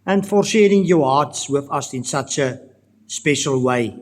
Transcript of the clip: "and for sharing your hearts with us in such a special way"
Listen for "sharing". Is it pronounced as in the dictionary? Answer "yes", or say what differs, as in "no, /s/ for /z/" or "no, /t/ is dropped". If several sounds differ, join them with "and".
yes